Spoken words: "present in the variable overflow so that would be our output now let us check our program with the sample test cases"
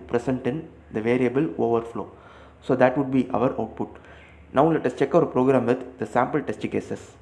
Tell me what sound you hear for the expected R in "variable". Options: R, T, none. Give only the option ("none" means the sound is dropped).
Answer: R